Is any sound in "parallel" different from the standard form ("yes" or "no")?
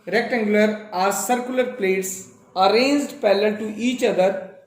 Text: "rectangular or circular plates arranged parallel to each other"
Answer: yes